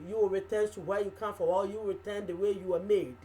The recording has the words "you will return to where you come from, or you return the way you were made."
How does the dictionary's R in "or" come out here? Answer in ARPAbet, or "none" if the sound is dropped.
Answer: L